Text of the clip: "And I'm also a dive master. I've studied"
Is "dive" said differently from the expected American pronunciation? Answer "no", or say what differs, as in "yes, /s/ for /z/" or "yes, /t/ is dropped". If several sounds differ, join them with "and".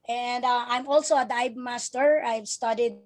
yes, /b/ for /v/